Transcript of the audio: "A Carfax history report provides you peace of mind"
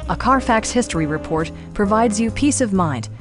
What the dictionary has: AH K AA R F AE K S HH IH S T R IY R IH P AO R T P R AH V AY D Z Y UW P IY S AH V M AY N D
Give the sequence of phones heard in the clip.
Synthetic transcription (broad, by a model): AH K AA R F AE K S HH IH S T R IY R IH P AO R T P R AH V AY D Z Y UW P IY S AH V M AY N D